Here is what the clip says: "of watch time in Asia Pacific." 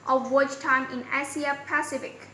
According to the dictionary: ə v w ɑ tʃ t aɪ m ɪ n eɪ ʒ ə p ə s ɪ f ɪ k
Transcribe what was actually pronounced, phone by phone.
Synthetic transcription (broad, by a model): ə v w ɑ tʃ t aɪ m ɪ n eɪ s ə p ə s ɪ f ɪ k